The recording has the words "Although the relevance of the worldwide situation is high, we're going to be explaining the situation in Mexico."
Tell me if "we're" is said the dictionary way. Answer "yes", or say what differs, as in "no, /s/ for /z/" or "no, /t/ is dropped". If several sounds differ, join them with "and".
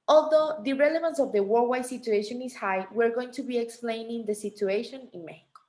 yes